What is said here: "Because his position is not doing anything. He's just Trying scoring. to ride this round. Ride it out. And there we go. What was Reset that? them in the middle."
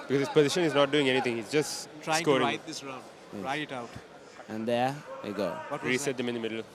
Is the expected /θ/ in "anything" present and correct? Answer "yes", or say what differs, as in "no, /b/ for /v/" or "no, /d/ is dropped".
no, /t/ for /θ/